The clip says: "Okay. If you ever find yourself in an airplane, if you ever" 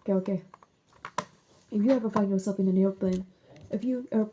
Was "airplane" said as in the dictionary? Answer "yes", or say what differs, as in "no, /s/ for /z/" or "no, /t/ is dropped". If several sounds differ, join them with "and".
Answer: no, /l/ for /ɹ/